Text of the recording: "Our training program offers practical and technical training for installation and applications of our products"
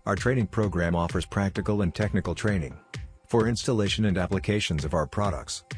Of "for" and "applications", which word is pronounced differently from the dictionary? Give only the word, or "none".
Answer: none